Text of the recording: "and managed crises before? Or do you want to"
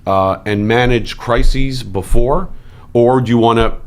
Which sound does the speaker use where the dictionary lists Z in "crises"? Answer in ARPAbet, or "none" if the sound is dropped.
Z